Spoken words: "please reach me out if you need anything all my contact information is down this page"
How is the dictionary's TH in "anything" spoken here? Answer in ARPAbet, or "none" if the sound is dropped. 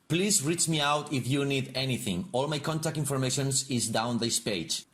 TH